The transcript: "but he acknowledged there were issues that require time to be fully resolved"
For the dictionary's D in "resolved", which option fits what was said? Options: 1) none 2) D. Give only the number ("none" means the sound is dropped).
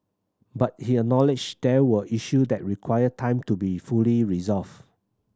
1